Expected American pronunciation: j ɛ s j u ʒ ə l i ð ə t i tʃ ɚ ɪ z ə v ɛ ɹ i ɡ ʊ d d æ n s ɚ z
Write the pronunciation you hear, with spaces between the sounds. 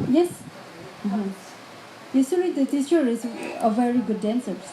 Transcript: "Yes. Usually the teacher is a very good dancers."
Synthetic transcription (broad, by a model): j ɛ s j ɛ s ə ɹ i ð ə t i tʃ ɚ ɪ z ə v ɛ ɹ i ɡ ʊ d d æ n s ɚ